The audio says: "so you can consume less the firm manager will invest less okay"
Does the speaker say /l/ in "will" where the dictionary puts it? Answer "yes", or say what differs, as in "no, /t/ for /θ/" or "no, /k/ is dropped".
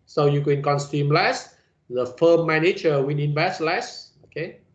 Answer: no, /n/ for /l/